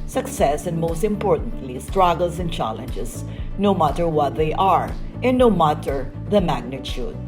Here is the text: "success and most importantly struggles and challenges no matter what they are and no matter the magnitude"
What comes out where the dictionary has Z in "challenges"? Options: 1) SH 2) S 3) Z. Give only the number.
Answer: 2